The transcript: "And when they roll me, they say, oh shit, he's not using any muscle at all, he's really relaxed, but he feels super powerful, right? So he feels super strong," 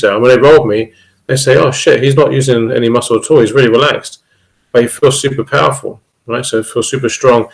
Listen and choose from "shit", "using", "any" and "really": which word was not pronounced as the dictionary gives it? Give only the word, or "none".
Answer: none